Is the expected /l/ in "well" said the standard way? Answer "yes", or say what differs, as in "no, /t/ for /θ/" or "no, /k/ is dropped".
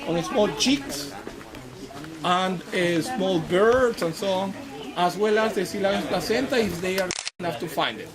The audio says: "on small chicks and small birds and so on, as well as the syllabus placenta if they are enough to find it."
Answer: yes